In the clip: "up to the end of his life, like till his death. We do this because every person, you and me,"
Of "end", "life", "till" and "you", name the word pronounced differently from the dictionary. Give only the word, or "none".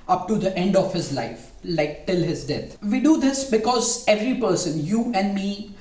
none